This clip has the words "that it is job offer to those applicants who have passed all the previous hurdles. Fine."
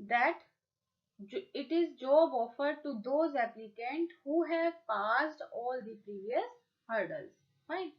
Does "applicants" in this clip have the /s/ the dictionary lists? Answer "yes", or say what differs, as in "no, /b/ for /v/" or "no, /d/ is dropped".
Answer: no, /s/ is dropped